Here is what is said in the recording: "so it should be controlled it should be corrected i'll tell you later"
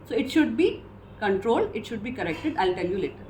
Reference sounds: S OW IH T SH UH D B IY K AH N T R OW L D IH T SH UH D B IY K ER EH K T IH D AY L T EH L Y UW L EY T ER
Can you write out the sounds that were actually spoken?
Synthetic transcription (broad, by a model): S OW IH T SH UH D B IY K AH N T R OW L D IH T SH UH D B IY K ER EH K T IH D AY L T EH L Y UW L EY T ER